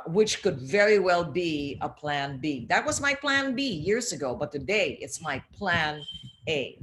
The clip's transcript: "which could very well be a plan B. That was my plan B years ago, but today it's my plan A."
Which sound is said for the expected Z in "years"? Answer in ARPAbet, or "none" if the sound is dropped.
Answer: Z